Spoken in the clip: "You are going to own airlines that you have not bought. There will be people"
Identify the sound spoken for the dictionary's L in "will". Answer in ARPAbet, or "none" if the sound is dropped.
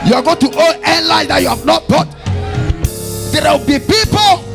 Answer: W